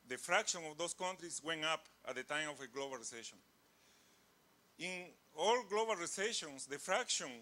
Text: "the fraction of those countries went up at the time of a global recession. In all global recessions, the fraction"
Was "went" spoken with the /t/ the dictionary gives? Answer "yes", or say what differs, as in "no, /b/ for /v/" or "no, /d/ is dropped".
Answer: no, /t/ is dropped